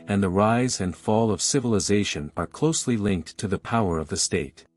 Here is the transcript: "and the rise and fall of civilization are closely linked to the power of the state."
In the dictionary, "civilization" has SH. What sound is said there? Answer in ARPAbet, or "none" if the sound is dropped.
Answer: SH